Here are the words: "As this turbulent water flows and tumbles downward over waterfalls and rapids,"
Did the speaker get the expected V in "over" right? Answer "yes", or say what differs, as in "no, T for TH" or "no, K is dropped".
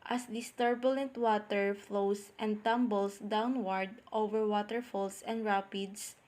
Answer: yes